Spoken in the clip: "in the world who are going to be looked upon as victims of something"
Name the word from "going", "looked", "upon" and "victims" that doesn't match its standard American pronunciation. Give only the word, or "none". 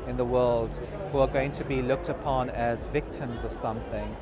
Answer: none